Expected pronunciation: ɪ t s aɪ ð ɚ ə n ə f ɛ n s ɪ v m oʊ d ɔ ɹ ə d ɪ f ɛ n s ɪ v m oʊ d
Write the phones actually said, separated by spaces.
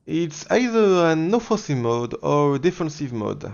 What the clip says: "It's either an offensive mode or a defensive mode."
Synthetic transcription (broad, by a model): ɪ t s aɪ ð ɚ ə n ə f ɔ s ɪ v m oʊ d ɔ ɹ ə d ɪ f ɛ n s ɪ v m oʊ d